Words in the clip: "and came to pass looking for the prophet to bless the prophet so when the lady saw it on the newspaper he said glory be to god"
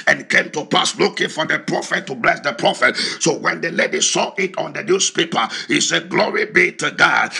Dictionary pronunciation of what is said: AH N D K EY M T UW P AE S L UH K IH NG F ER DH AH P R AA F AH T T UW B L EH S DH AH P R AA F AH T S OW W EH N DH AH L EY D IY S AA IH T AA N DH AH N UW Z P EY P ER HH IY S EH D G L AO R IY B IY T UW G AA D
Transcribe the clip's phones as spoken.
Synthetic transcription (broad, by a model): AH N K EY M T UW P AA S L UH K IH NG F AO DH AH P R AA F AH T T UW B L EH S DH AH P R AA F AH T S OW W EH N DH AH L EY D IY S AA IH T AA N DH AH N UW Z P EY P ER HH IY S EH D G L AO R IY B IY T UW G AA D